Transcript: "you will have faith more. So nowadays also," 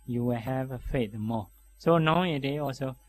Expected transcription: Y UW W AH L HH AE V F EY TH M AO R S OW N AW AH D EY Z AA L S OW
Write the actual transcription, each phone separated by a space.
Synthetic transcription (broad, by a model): Y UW W AH L HH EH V F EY T M AO S OW N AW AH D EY AA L S OW